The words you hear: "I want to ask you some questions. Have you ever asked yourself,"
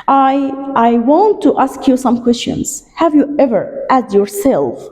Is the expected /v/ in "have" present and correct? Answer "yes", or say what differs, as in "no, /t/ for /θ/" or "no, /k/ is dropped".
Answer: yes